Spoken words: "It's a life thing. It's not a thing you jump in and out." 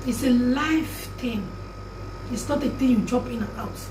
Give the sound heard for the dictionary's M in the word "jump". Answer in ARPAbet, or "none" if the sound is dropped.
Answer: none